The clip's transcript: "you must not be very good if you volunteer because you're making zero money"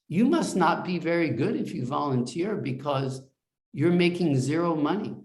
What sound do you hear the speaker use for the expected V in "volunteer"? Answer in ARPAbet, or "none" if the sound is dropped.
V